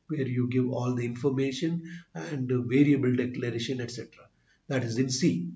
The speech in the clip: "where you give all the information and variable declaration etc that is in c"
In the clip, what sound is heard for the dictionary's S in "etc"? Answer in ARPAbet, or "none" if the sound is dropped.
S